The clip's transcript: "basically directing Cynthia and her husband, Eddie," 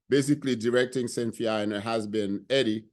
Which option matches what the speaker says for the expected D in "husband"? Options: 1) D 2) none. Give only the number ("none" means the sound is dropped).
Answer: 2